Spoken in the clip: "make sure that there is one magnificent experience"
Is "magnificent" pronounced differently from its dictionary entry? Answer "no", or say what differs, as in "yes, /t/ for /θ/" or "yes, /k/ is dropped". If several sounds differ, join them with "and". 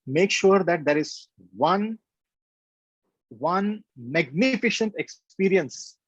yes, /ʃ/ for /s/